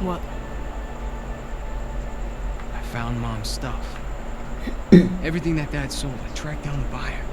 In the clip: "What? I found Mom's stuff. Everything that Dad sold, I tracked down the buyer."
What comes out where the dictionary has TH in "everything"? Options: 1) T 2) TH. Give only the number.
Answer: 2